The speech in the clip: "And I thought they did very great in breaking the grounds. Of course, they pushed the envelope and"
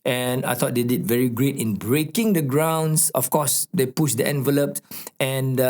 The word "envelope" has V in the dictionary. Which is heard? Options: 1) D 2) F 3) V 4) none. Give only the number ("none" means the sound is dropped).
3